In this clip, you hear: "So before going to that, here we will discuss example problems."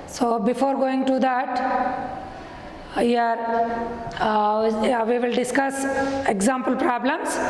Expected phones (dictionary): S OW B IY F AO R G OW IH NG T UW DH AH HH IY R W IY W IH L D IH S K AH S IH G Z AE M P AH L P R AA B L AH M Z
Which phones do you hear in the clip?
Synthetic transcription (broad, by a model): S OW B IY F AO R G OW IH NG T UW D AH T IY R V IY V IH L D IH S K AH S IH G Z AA M P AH L P R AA B L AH M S